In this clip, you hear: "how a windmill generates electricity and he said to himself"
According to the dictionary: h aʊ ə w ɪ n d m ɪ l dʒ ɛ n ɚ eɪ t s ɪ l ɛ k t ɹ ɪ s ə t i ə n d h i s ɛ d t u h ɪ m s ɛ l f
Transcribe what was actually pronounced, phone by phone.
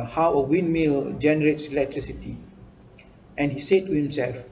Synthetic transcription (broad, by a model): h aʊ ə w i n m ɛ l dʒ ɛ n ɚ eɪ t s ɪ l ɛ k t ɹ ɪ s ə t i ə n h i s ɛ d t u h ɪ m s ɛ l f